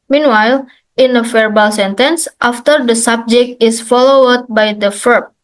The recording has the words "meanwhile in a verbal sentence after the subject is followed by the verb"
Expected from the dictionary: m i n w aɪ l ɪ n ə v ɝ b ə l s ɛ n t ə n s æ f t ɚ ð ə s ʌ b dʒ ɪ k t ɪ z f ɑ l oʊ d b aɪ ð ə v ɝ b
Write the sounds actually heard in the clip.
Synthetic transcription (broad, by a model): m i n w aɪ l ɪ n ə f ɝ b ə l s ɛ n t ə n s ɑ f t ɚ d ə s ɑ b dʒ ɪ k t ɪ s f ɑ l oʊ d b aɪ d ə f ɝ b